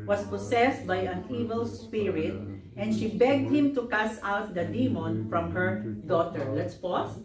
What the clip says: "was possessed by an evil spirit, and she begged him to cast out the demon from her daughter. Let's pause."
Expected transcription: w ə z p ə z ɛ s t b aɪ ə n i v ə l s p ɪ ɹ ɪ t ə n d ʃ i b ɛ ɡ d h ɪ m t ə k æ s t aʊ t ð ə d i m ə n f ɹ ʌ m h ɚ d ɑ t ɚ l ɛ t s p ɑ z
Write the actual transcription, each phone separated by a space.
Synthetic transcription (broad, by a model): w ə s p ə s ɛ s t b aɪ ə n i v ə l s p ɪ ɹ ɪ t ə n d ʃ i b ɛ ɡ d h ɪ m t ə k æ s aʊ t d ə d i m ə n f ɹ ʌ m h ɚ d ɑ t ɚ l ɛ t s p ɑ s